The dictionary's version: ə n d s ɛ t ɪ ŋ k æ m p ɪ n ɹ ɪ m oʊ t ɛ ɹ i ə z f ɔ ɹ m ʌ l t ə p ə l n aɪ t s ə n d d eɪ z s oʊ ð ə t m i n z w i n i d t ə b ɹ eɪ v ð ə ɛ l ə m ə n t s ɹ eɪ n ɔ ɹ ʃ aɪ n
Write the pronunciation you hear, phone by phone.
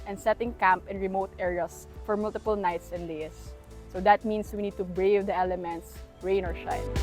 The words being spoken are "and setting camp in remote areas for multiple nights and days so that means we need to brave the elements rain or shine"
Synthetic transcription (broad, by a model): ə n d s ɛ t ɪ ŋ k æ m p ɪ n ɹ ɪ m oʊ t ɛ ɹ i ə s f ɔ ɹ m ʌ l t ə p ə l n aɪ t s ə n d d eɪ s oʊ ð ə t m i n s w i n i d t ə b ɹ eɪ v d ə ɛ l ə m ə n t s ɹ eɪ n ɔ ɹ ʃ aɪ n